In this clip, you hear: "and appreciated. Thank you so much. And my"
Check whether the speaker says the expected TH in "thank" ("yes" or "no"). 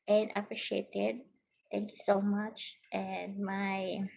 no